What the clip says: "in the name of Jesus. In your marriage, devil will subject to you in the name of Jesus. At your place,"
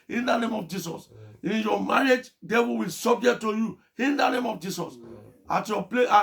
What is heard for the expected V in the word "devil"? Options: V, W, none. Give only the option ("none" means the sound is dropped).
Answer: W